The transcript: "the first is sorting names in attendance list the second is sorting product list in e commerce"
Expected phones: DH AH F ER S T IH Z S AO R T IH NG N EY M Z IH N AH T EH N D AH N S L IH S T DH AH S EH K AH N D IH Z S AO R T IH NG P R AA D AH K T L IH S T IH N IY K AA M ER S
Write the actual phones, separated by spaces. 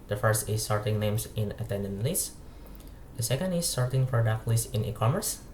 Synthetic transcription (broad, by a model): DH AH F ER S T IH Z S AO R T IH NG N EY M S IH N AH T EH N D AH N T L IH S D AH S EH K AH N D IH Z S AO R T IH NG F R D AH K L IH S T IH N IY K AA M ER S